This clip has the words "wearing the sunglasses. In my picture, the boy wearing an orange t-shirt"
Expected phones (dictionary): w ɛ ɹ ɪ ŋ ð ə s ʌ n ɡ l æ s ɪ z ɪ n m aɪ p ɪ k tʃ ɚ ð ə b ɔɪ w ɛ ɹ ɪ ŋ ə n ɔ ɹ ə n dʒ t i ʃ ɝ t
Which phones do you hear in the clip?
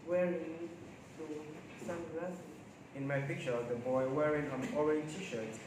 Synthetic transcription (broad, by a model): w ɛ ɹ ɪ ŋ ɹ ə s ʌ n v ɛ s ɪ ɪ n m aɪ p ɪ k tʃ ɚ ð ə b ɔɪ w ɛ ɹ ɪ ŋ ə n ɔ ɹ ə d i t i ʃ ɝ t